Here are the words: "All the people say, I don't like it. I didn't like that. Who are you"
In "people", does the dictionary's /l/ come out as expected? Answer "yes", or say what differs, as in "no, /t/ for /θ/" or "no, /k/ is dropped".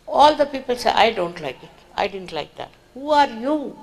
yes